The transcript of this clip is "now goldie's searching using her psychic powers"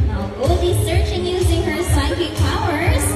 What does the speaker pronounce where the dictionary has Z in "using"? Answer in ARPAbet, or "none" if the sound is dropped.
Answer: Z